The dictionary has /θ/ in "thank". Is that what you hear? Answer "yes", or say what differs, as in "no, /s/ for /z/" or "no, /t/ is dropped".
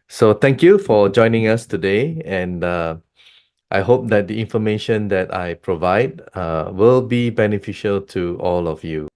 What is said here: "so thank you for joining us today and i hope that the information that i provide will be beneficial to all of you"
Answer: no, /t/ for /θ/